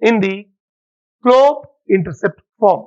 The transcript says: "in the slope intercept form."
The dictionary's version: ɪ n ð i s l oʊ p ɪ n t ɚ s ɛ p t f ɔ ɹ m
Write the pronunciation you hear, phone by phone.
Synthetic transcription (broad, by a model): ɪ n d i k l oʊ ɪ n t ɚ s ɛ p t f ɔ ɹ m